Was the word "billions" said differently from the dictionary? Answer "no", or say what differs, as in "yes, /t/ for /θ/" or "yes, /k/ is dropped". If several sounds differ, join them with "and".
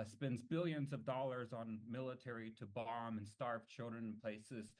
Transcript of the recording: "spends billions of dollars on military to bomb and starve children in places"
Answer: no